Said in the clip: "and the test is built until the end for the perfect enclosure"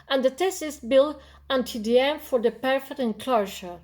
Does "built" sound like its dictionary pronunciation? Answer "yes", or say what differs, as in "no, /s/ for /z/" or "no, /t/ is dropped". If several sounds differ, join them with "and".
no, /t/ is dropped